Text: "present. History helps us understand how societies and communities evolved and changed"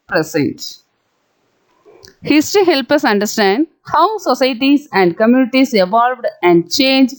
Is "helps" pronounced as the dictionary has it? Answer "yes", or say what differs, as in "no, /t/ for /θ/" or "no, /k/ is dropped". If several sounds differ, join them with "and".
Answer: no, /s/ is dropped